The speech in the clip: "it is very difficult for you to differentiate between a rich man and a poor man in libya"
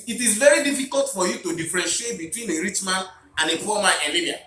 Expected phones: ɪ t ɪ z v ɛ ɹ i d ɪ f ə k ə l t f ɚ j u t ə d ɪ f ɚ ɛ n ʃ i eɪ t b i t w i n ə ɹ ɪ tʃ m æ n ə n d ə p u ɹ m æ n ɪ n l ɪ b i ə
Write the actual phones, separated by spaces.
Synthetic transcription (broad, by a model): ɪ t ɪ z v ɛ ɹ i d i f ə k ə l t f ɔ j u t ə d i f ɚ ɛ n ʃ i eɪ t b i t w i n ə ɹ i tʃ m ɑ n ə n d ə f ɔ m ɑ ɪ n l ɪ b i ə